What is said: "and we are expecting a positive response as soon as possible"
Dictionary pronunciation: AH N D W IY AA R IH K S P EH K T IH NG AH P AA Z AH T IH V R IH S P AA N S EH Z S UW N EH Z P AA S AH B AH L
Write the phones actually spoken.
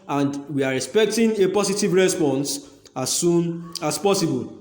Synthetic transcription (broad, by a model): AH N D W IY AA R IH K S P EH K T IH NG AH P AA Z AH T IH V R IH S P AA N S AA S UW N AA S P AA S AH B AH L